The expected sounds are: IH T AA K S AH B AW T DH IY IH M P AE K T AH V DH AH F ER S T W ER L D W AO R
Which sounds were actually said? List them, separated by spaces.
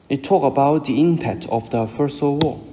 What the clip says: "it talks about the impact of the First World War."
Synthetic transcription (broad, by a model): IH T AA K AH B AW T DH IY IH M P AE K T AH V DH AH F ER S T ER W AO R